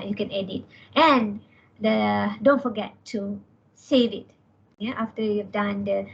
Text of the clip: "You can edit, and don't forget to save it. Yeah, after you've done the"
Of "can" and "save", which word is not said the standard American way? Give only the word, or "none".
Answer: none